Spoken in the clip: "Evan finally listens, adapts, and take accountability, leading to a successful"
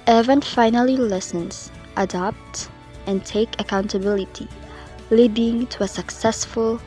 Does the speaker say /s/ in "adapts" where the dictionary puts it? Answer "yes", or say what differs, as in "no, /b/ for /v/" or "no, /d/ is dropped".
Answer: no, /s/ is dropped